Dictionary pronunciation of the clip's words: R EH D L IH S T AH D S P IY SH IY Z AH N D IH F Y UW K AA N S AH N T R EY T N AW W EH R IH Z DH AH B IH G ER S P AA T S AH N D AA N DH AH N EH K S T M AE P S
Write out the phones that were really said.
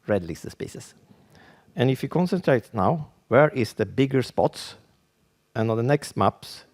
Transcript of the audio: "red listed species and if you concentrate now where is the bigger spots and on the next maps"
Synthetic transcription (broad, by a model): R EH D L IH S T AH S P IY S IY S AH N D IH F Y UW K AA N S AH N T R EY T N AW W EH R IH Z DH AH B IH G ER S P AA T S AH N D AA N DH AH N EH K S T M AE P S